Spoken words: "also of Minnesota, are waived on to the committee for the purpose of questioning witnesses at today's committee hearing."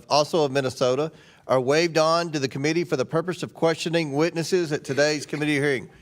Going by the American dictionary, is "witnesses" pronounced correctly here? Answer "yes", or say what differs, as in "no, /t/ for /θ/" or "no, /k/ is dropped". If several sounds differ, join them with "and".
yes